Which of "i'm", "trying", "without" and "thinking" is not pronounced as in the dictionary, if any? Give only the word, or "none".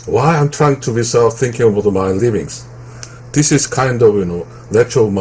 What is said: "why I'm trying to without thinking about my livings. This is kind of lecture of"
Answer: without